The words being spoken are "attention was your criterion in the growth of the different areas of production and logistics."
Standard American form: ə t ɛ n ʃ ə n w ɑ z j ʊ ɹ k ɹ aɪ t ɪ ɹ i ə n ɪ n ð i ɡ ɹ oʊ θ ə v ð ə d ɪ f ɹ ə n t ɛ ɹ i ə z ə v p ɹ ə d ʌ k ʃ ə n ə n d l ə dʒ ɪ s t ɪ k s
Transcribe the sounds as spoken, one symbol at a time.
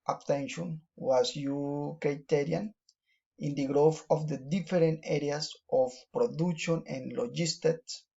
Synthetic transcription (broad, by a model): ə t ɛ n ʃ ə n w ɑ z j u k ɹ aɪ t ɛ ɹ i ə n ɪ n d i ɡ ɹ oʊ f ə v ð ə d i f ɹ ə n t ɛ ɹ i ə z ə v p ɹ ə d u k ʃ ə n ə n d l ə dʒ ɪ s t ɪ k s